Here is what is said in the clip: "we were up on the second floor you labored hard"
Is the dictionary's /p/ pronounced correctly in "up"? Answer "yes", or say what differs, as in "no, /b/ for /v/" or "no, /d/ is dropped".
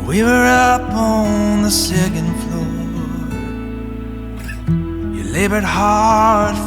yes